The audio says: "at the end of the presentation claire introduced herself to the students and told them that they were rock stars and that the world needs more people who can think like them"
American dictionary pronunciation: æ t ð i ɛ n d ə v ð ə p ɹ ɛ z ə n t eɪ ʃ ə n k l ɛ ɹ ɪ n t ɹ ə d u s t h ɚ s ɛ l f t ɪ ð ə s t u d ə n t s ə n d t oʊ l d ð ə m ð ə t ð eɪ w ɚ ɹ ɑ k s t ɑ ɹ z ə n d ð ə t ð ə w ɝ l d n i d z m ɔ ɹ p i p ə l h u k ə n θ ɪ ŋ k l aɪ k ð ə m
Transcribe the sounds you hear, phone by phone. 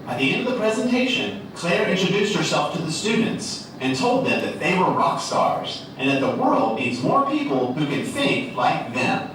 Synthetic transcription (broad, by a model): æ t ð i ɛ n d ə v ð ə p ɹ ɛ z ə n t eɪ ʃ ə n k l ɛ ɹ ɪ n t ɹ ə d u s t h ɚ s ɛ l f t ɪ ð ə s t u d n t s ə n t oʊ l d ð ə m ð ə t ð eɪ w ɚ ɹ ɑ k s t ɑ ɹ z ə n ð ə t ð ə w ɝ l d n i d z m ɔ ɹ p i p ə l h u k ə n θ ɪ ŋ k l aɪ k ð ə m